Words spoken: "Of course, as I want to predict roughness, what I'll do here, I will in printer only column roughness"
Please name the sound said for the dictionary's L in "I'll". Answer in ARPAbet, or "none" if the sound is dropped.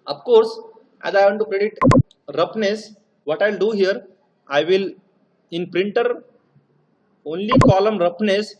L